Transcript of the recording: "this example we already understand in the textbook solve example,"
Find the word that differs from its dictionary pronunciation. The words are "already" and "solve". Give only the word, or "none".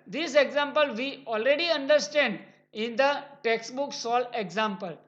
solve